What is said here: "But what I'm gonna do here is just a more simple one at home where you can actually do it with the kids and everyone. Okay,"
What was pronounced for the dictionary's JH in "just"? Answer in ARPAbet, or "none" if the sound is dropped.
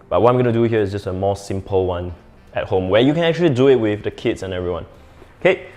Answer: JH